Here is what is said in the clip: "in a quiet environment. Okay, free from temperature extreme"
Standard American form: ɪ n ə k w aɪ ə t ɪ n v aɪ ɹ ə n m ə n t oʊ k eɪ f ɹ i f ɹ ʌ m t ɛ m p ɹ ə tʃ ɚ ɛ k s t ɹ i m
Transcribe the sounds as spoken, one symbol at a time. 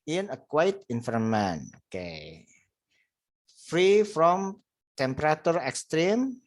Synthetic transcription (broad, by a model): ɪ n ə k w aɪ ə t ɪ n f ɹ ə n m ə n oʊ k eɪ f ɹ i f ɹ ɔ m t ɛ m p ɹ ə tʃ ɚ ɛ k s t ɹ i m